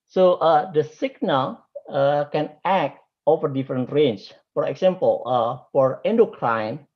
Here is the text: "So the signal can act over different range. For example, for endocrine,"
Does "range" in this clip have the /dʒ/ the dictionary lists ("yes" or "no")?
no